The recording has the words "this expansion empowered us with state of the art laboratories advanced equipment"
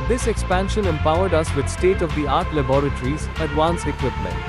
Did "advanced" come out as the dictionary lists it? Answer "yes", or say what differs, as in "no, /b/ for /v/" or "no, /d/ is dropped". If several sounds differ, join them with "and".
no, /t/ is dropped